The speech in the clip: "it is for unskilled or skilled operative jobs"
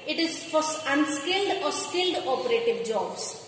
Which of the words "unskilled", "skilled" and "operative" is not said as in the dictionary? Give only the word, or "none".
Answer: none